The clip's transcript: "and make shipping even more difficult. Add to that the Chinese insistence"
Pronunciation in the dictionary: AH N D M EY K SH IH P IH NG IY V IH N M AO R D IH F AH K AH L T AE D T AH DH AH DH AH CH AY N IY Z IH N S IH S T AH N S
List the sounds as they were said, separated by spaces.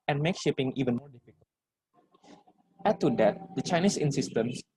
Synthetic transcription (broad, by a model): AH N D M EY K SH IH P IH NG IY V IH N M AO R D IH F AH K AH T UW D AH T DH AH CH AY N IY S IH N S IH S T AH N S